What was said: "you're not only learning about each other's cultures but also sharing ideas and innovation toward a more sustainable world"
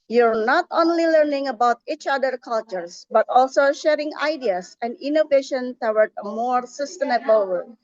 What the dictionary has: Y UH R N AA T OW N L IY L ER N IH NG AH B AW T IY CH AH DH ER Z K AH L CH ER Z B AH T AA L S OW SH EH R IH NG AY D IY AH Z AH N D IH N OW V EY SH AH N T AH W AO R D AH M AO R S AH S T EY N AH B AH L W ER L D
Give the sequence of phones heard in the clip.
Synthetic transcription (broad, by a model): Y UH R N AA T OW N L IY L ER N IH NG AH B AW T IY CH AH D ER K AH L CH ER S B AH T AA L S OW SH EH R IH NG AY D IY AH S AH N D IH N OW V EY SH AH N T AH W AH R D AH M AO R S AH S T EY N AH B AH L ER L